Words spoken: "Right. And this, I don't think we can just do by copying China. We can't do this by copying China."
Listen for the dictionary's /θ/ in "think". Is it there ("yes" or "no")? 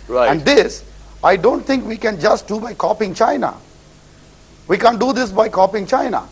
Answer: no